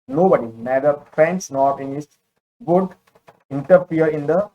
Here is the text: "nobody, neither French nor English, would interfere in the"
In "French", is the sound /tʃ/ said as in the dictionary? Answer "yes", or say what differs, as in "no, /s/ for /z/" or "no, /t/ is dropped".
no, /s/ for /tʃ/